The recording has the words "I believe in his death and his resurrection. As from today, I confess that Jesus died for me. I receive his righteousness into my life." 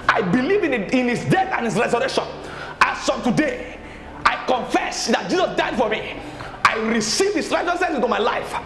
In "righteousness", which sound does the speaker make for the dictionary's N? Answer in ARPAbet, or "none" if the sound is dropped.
none